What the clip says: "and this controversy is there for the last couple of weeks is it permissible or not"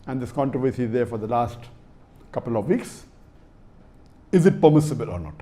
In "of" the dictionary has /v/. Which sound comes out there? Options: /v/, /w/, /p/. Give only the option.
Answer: /v/